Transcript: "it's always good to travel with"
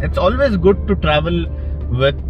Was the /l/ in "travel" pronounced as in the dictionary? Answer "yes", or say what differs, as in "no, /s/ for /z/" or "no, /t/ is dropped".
yes